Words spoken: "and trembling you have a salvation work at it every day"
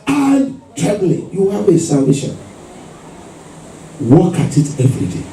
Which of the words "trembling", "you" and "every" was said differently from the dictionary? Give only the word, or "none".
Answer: trembling